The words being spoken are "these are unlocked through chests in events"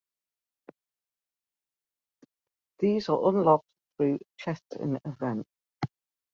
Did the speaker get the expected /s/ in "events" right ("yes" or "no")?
no